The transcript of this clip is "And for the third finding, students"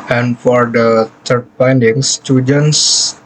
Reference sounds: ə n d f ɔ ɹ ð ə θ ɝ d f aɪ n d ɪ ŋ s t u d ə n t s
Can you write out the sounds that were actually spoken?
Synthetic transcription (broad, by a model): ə n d f ɔ ɹ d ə t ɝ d p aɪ n d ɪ ŋ s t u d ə n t s